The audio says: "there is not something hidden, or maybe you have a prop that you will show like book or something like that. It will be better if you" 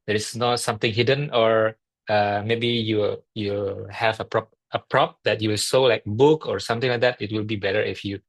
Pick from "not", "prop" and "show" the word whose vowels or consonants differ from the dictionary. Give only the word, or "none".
show